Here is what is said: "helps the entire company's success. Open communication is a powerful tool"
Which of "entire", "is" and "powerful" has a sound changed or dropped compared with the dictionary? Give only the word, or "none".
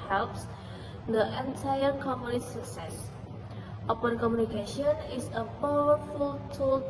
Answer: is